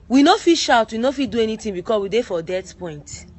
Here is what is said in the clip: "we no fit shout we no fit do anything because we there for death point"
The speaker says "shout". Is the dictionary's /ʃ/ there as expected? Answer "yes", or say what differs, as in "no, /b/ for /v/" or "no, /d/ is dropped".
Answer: yes